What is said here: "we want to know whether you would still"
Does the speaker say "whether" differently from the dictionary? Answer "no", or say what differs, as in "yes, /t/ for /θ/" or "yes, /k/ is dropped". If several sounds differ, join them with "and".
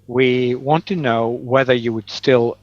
no